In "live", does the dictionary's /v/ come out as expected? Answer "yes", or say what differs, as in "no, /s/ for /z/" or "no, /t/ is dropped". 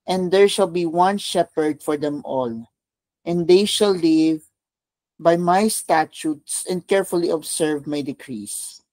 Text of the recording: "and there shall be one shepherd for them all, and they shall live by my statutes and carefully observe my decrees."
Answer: yes